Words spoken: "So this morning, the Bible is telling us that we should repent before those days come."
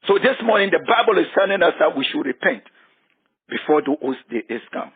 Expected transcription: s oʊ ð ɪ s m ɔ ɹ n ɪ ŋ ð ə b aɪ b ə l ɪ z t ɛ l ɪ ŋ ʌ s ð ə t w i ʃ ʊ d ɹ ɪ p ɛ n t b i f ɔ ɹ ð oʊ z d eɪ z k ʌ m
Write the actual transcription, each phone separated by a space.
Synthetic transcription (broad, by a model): s oʊ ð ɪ s m ɔ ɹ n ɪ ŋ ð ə b aɪ b ə l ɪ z s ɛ n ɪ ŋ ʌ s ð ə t w i ʃ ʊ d ɹ ɪ p ɛ n t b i f ɔ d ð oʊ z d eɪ s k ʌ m